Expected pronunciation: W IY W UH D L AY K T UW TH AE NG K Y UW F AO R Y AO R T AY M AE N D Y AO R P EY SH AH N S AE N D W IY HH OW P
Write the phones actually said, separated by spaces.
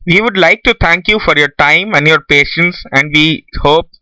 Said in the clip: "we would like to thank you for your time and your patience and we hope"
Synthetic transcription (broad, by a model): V IY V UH D L AY K T UW T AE NG K Y UW F AO R Y AO R T AY M AE N D Y AO R P EY SH AH N S AE N D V IY HH OW P